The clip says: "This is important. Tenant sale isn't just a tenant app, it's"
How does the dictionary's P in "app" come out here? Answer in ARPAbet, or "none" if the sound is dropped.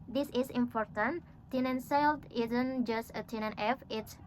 F